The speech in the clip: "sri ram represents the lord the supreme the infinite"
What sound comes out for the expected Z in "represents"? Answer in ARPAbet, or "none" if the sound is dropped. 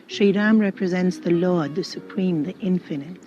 Z